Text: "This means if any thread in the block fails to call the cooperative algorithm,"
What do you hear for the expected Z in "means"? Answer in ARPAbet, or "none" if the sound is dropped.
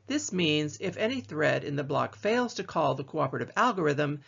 Z